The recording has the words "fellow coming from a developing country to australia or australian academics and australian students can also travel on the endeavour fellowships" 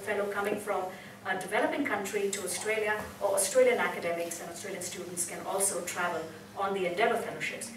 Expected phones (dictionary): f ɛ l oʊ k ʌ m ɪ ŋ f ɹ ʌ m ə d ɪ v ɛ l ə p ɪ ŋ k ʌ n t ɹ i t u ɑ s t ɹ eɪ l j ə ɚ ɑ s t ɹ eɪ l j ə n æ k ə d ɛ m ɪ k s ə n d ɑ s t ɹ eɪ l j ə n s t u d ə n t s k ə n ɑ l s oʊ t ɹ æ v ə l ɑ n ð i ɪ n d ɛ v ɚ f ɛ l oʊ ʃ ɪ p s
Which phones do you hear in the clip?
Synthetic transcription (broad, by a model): f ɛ l oʊ k ʌ m ɪ ŋ f ɹ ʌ m ə d ɪ v ɛ l ə p ɪ ŋ k ʌ n t ɹ i t u ɑ s t ɹ eɪ l j ə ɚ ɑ s t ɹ eɪ l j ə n æ k ə d ɛ m ɪ k s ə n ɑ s t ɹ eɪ l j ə n s t u d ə n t s k ə n ɑ l s oʊ t ɹ æ v ə l ɑ n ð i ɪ n d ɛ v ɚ f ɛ l oʊ ʃ ɪ p s